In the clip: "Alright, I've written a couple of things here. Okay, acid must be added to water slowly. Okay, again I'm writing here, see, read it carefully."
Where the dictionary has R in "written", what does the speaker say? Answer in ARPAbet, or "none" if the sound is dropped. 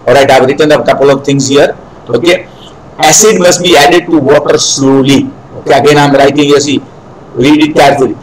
R